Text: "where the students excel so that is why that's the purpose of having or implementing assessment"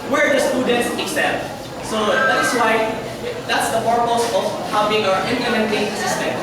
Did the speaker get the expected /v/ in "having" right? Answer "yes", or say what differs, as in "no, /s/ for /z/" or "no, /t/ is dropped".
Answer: no, /b/ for /v/